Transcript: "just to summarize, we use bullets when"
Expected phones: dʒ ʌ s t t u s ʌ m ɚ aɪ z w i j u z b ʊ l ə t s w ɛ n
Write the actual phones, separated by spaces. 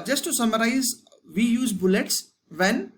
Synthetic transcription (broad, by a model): dʒ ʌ s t t u s ʌ m ɚ aɪ z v i j u z b ʊ l ə t s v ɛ n